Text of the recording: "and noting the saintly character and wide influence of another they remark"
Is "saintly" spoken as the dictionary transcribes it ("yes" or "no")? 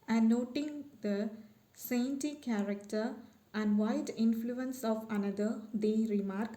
no